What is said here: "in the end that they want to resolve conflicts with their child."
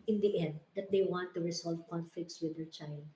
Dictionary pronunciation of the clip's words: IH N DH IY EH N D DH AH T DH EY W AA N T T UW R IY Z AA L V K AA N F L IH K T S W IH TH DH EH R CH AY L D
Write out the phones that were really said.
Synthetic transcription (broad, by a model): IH N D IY EH N D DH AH T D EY W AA N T T UW R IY S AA L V K AA N F L IH K T S W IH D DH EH R CH AY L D